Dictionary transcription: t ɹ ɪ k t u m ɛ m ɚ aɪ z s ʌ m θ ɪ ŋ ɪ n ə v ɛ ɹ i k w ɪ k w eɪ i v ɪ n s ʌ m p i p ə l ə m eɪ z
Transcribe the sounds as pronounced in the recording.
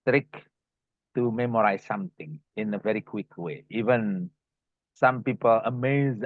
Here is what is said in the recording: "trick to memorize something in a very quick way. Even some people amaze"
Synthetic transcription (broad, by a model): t ɹ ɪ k t u m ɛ m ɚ aɪ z s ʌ m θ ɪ ŋ ɪ n ə v ɛ ɹ i k w ɪ k w eɪ i v ɪ n s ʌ m p i p ə l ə m eɪ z